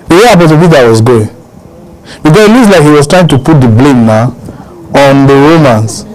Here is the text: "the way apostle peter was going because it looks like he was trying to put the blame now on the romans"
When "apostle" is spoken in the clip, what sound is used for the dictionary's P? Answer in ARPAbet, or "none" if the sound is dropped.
B